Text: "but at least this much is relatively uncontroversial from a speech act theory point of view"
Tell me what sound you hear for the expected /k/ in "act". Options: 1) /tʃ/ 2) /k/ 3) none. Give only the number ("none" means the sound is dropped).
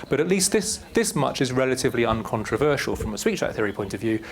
3